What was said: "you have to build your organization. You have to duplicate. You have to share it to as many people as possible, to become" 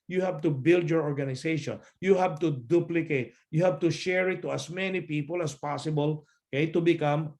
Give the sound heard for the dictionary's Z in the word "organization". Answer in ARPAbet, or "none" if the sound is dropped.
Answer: S